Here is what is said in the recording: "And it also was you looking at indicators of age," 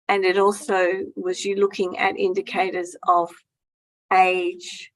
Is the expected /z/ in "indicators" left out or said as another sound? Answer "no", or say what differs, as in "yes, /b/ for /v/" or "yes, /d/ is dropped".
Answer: no